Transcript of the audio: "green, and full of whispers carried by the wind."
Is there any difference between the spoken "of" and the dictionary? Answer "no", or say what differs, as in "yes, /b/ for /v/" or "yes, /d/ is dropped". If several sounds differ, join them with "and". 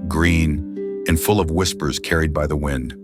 no